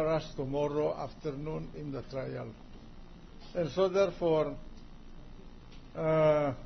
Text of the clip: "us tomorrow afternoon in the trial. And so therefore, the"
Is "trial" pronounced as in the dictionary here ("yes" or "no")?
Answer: yes